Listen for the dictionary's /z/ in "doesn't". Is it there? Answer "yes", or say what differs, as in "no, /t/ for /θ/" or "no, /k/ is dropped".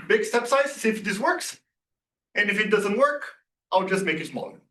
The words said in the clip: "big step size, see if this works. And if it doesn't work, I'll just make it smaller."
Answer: yes